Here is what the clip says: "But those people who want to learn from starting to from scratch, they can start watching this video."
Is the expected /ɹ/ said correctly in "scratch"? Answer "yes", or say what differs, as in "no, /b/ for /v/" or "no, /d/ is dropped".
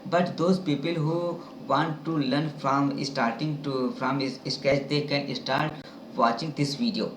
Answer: no, /ɹ/ is dropped